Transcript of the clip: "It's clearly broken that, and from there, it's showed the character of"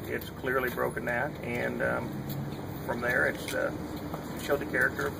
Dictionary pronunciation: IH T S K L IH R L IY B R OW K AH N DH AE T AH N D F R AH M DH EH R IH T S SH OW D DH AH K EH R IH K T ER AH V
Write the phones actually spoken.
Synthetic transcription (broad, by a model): IH T S K L IH R L IY B R OW K AH N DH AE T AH N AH F R AH M DH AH R IH T S SH OW D DH AH K EH R IH K T ER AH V